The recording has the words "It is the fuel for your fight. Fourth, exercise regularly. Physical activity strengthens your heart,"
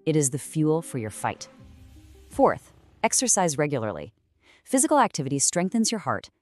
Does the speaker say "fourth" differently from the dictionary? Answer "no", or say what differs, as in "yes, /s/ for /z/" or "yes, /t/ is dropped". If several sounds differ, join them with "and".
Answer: no